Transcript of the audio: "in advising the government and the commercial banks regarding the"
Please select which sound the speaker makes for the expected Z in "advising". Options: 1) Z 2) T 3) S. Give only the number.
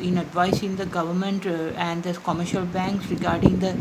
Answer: 3